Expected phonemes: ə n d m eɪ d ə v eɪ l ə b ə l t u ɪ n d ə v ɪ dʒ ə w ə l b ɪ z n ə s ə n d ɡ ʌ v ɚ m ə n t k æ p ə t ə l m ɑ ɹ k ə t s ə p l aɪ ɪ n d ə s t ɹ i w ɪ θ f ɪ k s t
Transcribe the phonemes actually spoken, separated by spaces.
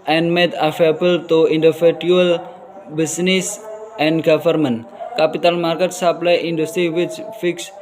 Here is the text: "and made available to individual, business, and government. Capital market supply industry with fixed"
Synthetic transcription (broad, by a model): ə n m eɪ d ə f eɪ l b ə l t u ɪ n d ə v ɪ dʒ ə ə l b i s n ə s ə n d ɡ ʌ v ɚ m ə n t k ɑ p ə t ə l m ɑ ɹ k ə t s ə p l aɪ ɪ n d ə s t ɹ i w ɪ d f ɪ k s